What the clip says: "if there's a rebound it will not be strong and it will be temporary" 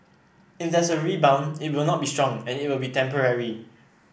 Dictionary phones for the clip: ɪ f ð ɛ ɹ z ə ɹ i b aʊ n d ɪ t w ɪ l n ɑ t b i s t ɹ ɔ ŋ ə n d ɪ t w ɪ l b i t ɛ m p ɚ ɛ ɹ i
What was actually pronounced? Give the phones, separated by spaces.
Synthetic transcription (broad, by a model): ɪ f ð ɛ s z ə ɹ i b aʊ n ɪ t w ɪ l n ɑ t b i s t ɹ ɔ ŋ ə n ɪ t w ɪ l b i t ɛ m p ɚ ɛ ɹ i